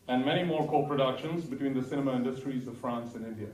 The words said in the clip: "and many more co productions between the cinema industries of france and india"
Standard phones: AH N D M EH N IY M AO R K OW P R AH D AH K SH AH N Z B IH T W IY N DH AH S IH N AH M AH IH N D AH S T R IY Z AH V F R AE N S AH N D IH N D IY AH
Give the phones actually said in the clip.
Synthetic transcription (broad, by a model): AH N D M EH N IY M AO R K OW P R AH D AH K SH AH N Z B IH T W IY N DH AH S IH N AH M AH IH N D AH S T R IY Z AH V F R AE N S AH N IH N D IY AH